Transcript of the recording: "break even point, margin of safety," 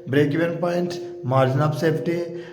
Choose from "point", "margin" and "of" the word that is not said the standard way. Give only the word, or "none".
of